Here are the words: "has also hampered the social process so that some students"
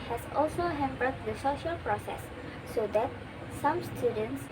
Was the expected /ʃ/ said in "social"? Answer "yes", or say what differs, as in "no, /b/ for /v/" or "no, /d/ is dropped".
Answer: yes